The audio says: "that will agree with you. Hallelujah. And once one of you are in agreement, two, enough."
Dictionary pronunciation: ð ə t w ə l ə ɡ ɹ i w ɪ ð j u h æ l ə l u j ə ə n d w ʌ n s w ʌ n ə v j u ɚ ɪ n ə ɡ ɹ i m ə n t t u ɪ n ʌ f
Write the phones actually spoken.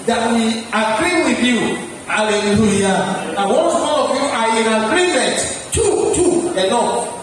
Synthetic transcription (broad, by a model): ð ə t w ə ə ɡ ɹ i w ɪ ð j u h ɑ l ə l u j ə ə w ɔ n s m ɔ l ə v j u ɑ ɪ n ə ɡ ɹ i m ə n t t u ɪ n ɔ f